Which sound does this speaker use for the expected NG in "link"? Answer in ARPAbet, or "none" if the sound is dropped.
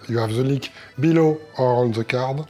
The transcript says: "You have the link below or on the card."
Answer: none